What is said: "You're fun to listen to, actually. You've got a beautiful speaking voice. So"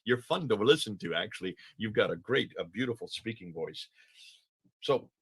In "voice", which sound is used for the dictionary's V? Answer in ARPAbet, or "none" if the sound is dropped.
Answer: V